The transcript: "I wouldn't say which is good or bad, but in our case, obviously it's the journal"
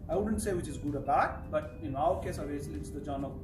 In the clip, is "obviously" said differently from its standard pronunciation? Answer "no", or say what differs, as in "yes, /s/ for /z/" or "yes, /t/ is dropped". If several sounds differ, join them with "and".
yes, /b/ is dropped